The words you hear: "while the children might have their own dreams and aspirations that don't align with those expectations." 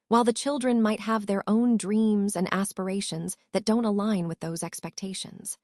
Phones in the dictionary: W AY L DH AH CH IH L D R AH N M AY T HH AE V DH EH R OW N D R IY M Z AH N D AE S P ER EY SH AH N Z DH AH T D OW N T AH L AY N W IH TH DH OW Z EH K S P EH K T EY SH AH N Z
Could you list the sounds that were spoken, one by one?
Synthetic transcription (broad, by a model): W AY L DH AH CH IH L D R AH N M AY T HH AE V DH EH R OW N D R IY M Z AH N D AE S P ER EY SH AH N Z DH AH T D OW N T AH L AY N W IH DH OW Z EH K S P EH K T EY SH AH N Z